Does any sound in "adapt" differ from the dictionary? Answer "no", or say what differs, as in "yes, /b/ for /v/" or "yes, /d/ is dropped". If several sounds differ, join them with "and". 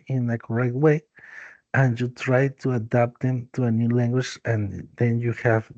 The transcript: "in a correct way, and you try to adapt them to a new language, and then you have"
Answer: no